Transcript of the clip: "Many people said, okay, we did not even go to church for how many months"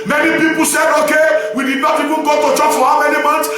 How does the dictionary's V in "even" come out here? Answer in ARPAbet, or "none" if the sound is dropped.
W